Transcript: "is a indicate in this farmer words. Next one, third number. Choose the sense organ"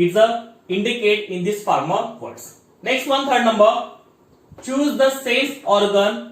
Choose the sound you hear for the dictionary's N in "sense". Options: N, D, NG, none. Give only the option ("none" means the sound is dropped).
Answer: none